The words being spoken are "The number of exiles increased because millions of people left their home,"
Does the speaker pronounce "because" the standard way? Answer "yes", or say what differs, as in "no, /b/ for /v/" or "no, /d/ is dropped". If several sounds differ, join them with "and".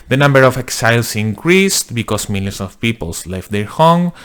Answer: no, /s/ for /z/